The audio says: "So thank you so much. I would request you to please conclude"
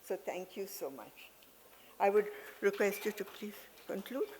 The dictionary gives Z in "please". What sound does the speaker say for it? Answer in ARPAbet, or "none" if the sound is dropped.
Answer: none